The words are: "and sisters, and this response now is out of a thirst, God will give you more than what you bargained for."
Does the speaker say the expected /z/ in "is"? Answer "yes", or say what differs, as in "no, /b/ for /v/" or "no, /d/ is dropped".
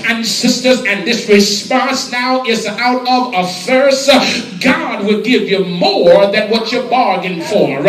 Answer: yes